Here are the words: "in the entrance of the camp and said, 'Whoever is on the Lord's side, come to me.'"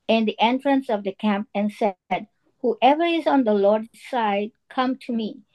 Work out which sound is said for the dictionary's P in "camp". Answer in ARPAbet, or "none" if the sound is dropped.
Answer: P